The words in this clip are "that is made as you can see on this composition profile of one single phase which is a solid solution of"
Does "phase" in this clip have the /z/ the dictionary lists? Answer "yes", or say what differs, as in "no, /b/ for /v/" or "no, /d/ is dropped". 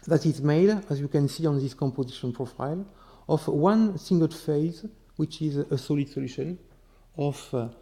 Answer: yes